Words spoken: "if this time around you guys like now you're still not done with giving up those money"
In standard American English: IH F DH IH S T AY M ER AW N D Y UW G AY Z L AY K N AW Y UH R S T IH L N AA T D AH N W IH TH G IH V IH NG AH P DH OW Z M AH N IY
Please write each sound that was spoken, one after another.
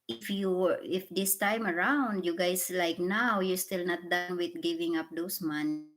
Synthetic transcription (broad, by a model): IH F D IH S T AY M ER AW N D Y UW G AY S L AY K N AW Y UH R S T IH L N AA T D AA N W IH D G IH V IH NG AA P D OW S M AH N